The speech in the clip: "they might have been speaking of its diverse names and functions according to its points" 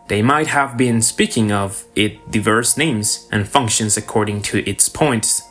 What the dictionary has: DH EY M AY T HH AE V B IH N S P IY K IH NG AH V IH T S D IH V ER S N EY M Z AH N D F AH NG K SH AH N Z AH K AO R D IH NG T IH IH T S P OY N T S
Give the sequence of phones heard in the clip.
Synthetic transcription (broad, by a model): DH EY M AY T HH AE V B IH N S P IY K IH NG AH V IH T D IH V ER S N EY M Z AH N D F AH NG K SH AH N Z AH K AO R D IH NG T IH IH T S P OY N T S